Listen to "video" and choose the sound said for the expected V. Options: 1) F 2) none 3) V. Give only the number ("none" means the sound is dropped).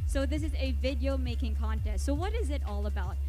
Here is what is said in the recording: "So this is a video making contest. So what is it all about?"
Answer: 3